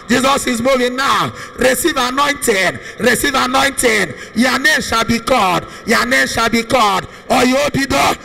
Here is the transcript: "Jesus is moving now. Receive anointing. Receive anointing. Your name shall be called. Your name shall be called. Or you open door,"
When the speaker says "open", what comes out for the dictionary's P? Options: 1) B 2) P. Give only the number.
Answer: 1